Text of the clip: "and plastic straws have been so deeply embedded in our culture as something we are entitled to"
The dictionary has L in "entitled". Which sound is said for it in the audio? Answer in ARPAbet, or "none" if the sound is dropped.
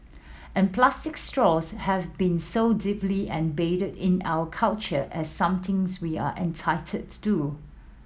none